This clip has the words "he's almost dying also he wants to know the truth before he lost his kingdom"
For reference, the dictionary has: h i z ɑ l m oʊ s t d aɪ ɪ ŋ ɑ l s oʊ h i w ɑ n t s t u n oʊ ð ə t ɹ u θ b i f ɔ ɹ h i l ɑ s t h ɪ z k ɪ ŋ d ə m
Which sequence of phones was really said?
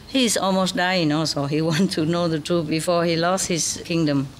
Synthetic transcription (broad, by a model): h i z ɑ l m oʊ s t d aɪ ɪ ŋ ɑ l s oʊ h i w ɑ n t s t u n oʊ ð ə t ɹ u b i f ɔ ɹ h i l ɑ s t h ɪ s k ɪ ŋ d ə m